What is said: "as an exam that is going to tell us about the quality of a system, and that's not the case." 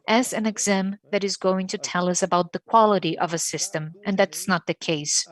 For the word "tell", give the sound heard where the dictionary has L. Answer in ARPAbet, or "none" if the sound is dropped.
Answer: L